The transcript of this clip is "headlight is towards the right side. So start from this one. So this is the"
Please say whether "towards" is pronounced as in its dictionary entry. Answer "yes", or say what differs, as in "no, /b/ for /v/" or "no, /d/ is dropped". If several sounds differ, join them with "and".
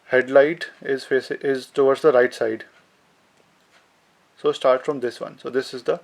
no, /s/ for /t/